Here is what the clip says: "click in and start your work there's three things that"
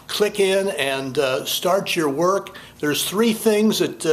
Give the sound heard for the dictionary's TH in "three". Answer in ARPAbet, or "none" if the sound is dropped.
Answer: TH